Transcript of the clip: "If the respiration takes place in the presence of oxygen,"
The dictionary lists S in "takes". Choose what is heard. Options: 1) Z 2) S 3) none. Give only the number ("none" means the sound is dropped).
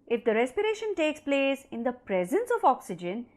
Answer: 2